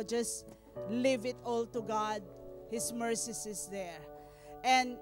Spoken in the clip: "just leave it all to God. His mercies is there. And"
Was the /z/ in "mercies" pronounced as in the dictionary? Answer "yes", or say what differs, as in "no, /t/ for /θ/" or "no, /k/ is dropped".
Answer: no, /s/ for /z/